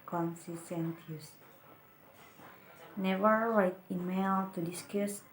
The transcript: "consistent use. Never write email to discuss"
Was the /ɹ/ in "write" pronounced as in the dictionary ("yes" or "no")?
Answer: no